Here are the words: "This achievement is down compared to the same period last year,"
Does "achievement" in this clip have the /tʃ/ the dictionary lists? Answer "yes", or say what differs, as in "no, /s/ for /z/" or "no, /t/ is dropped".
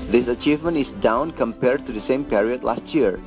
yes